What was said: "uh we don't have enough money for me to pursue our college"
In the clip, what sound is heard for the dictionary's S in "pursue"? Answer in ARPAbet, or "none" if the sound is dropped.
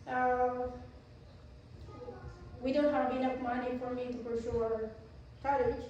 SH